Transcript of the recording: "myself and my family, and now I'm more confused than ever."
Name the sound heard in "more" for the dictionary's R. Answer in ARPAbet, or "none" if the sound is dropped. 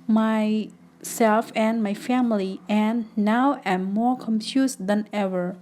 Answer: R